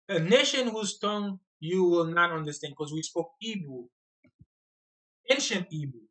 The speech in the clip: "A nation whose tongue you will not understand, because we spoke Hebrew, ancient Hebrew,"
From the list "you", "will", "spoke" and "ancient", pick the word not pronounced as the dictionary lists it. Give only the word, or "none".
none